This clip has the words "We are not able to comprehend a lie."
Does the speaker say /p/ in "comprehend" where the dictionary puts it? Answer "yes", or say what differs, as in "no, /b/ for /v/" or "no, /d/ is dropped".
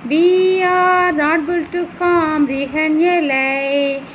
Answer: no, /p/ is dropped